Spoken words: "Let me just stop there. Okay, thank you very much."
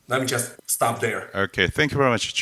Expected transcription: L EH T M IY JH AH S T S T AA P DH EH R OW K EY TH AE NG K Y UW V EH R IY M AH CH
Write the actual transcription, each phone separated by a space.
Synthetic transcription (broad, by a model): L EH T M IY JH AH S T S T AA P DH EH R OW K EY TH AE NG K Y UW V EH R IY M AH CH